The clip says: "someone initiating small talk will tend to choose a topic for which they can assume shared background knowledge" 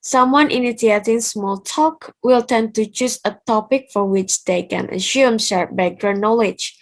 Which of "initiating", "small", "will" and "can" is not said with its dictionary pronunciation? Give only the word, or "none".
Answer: initiating